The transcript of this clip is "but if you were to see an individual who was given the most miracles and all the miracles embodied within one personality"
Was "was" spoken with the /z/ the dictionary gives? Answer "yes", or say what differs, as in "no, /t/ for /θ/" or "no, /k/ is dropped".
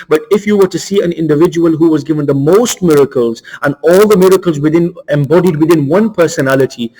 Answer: yes